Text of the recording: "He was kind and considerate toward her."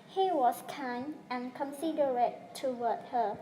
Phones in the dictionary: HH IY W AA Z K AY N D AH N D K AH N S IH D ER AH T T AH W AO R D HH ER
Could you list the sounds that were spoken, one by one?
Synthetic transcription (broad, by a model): HH IY W AA S K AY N AH N K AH N S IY D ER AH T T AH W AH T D HH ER